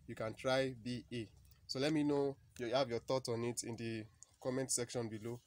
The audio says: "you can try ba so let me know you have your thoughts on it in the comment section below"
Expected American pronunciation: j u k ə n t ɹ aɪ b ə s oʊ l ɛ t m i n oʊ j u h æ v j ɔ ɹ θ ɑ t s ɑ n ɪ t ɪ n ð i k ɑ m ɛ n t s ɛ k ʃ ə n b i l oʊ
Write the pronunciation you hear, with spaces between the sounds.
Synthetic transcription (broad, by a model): j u k ə n t ɹ aɪ b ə s oʊ l ɛ t m i n oʊ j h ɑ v j ɔ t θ ɑ t ɑ n ɪ t ɪ n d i k ɑ m ɛ n t s ɛ k ʃ ə n b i l oʊ